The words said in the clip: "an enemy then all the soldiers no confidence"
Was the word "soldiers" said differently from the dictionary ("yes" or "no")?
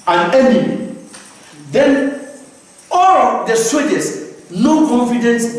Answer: yes